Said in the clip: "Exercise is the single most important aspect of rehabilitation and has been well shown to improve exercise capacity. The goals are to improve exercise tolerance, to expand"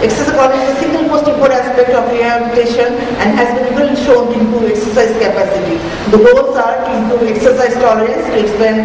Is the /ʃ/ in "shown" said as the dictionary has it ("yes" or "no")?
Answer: yes